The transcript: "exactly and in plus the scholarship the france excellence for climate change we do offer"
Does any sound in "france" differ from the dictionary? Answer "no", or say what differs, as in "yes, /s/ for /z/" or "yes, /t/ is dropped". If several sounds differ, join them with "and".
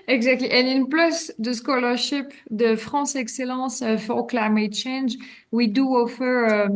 yes, /n/ is dropped